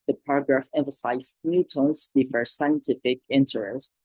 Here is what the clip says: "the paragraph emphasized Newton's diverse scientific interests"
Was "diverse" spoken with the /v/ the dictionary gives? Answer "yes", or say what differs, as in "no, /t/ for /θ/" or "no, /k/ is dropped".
no, /f/ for /v/